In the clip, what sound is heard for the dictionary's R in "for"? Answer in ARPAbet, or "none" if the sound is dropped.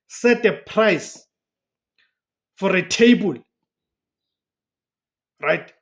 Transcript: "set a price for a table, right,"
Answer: R